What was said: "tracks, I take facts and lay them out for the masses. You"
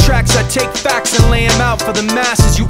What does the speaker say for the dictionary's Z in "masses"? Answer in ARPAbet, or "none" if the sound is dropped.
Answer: Z